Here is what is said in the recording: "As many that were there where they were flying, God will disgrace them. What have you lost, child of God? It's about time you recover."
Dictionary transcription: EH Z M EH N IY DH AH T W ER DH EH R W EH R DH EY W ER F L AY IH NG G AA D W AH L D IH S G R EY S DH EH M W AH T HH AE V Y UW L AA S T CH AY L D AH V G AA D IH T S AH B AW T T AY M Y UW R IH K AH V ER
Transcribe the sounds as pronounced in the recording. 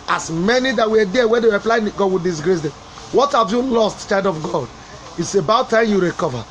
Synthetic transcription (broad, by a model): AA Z M EH N IY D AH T W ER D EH W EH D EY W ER P L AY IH G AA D W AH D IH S G R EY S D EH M W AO T HH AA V Y UW L AA S T CH AY D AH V G AA D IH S AH B AW T T AY M Y UW R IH K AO V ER